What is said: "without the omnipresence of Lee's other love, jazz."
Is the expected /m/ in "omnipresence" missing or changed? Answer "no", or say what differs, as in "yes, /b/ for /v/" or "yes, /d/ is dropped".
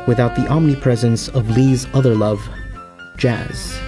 no